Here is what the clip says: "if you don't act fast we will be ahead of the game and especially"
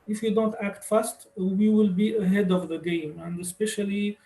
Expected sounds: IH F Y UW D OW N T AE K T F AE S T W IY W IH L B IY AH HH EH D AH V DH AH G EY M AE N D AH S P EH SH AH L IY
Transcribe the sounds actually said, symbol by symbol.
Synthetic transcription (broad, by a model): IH F Y UW D OW N T AE K T F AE S T W IY W IH L B IY AH HH EH D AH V DH AH G EY M AE N D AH S P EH SH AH L IY